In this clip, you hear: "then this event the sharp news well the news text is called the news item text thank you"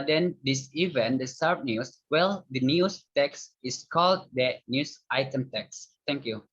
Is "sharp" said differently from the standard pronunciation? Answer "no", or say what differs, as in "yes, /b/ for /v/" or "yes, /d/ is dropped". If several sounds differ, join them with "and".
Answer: yes, /s/ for /ʃ/